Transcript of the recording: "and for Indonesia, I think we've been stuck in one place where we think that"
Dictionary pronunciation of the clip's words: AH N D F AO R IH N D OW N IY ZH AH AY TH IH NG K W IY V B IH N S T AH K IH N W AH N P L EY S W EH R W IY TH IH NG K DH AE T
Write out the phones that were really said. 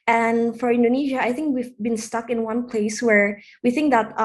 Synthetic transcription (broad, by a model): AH N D F AO R IH N D OW N IY ZH AH AY TH IH NG K W IY V B IH N S T AH K IH N W AH N P L EY S W EH R W IY TH IH NG K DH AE T